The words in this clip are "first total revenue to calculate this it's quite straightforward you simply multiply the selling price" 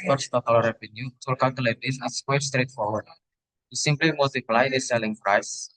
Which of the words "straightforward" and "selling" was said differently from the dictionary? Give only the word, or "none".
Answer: none